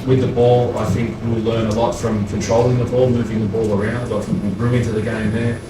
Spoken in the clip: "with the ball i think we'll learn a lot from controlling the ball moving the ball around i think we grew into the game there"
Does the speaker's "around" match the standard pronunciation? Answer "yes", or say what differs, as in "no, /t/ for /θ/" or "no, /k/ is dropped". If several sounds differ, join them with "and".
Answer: yes